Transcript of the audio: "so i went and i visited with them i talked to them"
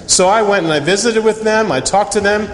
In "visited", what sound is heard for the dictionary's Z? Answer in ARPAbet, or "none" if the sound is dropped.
Z